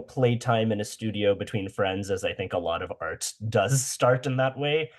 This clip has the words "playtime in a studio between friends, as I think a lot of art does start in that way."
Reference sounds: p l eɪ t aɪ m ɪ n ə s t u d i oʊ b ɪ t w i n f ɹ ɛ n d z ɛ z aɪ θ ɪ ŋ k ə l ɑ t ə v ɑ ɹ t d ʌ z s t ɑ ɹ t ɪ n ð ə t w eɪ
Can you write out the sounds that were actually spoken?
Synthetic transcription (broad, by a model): p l eɪ t aɪ m ɪ n ə s t u d i oʊ b ɪ t w i n f ɹ ɛ n d z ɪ z aɪ θ ɪ ŋ k ə l ɑ t ə v ɑ ɹ t d ʌ z s t ɑ ɹ t ɪ n ð ə t w eɪ